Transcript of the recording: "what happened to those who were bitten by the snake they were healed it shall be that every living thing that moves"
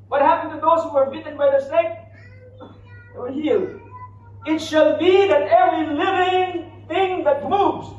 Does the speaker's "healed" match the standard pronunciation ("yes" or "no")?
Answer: no